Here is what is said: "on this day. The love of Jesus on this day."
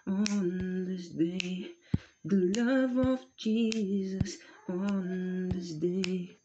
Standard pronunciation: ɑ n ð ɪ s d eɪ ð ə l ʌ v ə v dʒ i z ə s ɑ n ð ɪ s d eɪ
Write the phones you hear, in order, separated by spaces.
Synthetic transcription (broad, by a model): n ð ɪ s d eɪ ð ə l ʌ v ə v dʒ i z ə s n ð ɪ s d eɪ